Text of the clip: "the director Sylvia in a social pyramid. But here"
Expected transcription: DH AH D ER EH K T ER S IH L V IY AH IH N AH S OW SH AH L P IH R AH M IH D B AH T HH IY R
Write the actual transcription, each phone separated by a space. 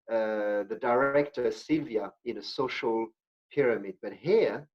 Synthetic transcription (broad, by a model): DH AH D ER EH K T ER S IH L V IY AH IH N AH S OW SH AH L P IH R AH M IH D B AH T HH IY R